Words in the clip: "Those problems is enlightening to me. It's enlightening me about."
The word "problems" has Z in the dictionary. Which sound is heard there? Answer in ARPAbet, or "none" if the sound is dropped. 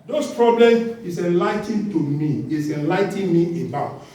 none